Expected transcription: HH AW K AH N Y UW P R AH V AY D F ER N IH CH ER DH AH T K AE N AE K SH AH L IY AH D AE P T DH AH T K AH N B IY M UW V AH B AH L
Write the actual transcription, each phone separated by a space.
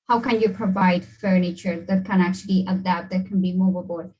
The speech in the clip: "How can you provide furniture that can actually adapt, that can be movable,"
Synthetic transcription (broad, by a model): HH AW K AH N Y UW P R AH V AY D F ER N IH CH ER DH AH T K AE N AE K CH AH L IY AH D AE P T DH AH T K AH N B IY M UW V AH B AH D